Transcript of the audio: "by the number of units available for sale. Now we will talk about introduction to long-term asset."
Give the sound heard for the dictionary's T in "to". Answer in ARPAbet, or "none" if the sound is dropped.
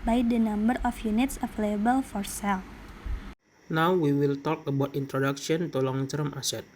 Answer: T